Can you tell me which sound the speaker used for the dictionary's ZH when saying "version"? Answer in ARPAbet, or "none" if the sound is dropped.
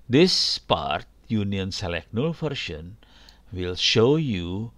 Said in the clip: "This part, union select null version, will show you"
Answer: SH